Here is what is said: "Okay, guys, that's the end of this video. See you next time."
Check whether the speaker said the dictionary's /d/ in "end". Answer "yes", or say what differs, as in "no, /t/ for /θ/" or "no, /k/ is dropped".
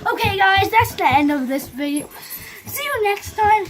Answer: no, /d/ is dropped